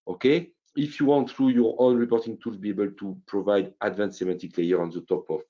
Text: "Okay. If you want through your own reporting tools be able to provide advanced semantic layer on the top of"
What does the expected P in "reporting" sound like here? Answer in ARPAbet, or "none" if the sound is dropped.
P